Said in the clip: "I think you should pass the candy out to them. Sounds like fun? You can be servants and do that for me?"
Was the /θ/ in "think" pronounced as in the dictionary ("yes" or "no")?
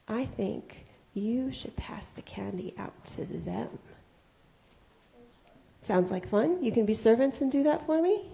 yes